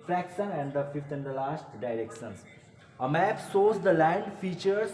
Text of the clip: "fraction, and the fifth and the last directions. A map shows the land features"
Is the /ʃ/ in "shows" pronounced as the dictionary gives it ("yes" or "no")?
no